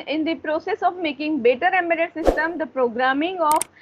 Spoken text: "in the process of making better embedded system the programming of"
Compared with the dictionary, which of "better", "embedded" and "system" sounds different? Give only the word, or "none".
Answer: embedded